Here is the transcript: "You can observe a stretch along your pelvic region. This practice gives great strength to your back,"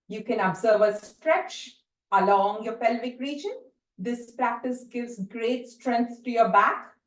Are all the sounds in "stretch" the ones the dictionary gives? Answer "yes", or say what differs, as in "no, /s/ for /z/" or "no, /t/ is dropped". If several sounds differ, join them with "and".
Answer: yes